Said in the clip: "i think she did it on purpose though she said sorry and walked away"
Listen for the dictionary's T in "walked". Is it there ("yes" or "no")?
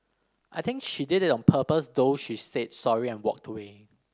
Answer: yes